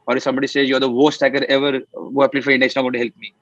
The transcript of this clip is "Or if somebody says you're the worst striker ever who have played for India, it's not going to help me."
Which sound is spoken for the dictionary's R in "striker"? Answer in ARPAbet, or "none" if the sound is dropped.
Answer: none